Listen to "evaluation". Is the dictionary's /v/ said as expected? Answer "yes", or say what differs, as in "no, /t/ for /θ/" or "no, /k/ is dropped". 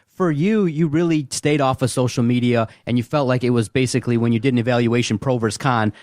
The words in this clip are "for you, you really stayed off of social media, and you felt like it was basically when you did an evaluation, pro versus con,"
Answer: yes